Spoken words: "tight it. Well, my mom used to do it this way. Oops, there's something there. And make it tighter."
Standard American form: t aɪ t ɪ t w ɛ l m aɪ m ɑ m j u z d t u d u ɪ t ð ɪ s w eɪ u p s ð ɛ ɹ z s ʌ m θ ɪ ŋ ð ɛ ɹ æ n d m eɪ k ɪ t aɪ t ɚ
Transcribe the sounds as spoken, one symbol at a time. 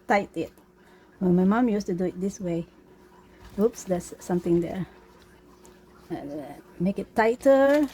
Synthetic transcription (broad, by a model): t aɪ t ɪ t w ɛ n m aɪ m ɑ m j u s t u d u ɪ t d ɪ s w eɪ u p s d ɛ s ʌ m t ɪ ŋ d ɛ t m eɪ k ɪ t aɪ t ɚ